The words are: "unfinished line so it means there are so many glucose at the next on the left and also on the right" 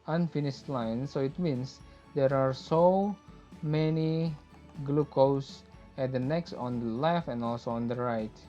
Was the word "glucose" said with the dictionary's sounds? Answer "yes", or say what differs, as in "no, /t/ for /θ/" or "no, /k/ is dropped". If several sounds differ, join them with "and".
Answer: yes